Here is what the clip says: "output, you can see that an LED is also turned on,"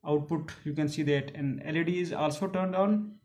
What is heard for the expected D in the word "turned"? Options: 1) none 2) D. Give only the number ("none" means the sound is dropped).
2